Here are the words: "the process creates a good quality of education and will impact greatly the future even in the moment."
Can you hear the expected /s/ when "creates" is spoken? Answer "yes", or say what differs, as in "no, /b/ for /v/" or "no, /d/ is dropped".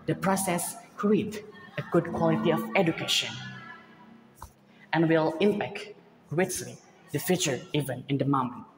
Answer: no, /s/ is dropped